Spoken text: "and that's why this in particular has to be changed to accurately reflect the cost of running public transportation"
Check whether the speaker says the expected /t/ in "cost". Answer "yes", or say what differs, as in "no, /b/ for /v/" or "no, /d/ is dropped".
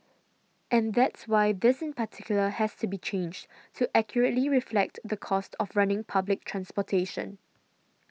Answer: yes